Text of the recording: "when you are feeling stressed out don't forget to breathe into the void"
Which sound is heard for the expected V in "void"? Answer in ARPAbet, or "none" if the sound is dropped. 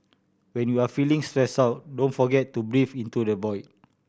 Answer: B